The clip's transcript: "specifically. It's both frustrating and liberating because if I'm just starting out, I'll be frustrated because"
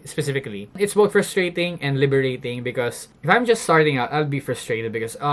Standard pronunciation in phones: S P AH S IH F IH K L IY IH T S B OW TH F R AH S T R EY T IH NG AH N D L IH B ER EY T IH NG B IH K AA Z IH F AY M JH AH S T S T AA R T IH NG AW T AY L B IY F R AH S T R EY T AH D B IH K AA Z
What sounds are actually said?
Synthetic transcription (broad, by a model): S P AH S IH F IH K L IY IH T S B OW F R AH S T R EY T IH NG AH N D L IH B ER EY T IH NG B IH K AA S IH F AY M JH AH S T S T AA R T IH NG AW T AY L B IY F R AH S T R EY T AH D B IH K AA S